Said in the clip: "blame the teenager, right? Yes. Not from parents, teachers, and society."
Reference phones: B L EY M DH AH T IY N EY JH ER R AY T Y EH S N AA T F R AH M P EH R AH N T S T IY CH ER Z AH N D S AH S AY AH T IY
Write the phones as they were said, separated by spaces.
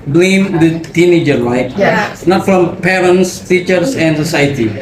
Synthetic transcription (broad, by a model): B L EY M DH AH T IY N EY JH ER L AY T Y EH N AA T F R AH M P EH R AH N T S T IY CH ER S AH N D S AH S AY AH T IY